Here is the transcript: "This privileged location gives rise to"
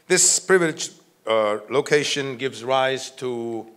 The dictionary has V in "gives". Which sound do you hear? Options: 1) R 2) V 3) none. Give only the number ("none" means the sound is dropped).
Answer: 2